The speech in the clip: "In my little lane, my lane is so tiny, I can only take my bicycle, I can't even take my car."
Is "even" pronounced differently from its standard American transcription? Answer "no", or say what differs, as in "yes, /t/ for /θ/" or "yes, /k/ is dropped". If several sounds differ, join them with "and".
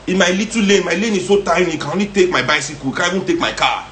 yes, /b/ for /v/